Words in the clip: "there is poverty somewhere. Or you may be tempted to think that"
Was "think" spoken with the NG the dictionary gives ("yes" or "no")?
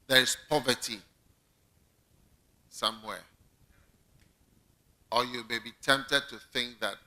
yes